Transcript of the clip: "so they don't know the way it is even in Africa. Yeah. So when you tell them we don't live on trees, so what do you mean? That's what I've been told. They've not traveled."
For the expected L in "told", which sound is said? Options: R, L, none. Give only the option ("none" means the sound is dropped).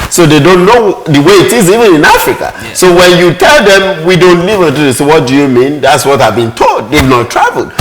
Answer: L